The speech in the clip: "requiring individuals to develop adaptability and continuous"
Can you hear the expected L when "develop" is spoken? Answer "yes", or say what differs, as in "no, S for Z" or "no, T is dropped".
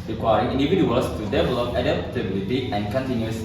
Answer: yes